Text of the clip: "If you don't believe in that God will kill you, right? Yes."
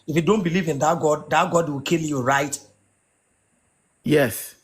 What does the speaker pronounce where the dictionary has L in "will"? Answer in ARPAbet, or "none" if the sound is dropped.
W